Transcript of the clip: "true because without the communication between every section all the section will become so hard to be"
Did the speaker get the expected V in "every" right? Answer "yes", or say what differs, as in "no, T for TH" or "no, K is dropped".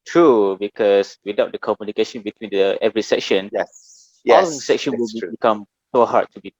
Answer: yes